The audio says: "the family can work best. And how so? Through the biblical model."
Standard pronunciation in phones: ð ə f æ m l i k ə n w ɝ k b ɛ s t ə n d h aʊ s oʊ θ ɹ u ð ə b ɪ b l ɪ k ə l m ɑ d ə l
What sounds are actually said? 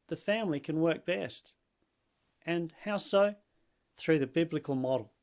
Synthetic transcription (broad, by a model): ð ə f æ m l i k ə n w ɝ k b ɛ s t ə n h aʊ s oʊ θ ɹ u ð ə b ɪ b l ɪ k ə l m ɑ d l